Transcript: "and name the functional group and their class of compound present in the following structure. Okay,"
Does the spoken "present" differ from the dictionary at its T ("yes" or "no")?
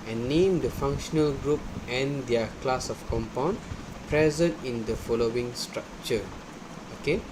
no